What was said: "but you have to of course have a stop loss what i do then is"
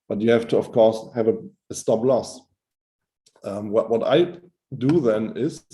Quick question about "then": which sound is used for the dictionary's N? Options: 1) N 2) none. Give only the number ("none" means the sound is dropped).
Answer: 1